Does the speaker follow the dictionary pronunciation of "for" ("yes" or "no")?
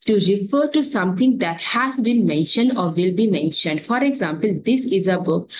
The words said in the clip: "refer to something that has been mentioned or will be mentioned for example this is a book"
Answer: yes